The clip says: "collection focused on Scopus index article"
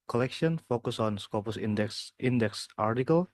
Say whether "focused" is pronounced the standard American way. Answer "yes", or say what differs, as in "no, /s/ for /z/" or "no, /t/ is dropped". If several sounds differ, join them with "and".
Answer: no, /t/ is dropped